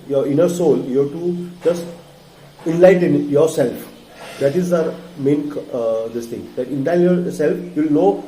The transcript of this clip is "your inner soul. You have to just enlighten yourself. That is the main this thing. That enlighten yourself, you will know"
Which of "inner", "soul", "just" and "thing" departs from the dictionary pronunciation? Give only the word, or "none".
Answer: thing